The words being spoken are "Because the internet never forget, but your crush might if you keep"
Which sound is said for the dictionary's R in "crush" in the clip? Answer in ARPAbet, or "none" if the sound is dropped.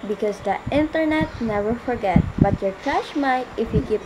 none